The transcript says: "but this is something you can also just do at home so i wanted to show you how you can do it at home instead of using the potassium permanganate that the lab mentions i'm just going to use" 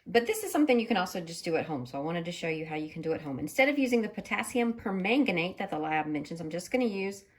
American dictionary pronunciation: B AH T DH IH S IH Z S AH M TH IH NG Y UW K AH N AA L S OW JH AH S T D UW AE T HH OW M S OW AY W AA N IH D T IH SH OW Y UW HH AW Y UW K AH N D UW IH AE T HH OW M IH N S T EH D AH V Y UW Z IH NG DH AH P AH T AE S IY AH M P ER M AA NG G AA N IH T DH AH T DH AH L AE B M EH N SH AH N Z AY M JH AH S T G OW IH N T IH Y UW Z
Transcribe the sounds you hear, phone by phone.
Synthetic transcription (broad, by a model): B AH T DH IH S IH Z S AH M TH IH NG Y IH K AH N AA L S OW JH AH S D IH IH T HH OW M S OW AY W AA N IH D T IH SH OW Y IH HH AW Y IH K N D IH IH T HH OW M IH N S T EH D AH V Y UW Z IH NG DH AH P AH T AE S IY AH M P ER M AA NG G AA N IH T DH AH T DH AH L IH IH M EH N SH AH N Z AY M JH AH S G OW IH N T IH Y UW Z